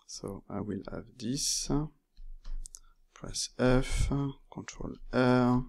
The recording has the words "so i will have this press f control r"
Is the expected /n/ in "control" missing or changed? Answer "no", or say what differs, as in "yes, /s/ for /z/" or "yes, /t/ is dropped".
yes, /n/ is dropped